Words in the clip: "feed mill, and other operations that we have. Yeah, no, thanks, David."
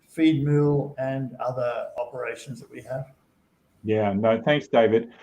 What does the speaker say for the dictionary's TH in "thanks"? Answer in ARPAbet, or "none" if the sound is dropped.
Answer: TH